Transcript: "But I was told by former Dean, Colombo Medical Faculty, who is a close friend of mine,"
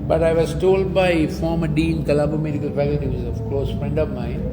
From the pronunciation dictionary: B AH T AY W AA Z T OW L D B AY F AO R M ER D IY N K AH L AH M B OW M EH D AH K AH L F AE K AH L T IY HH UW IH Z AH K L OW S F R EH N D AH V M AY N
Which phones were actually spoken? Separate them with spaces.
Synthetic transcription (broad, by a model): B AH T AY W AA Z T OW L D B AY F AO R M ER D IY N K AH L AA B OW M EH D AH K AH L F AE K AH L T IY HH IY IH Z AH K L OW S F R EH N D AH V M AY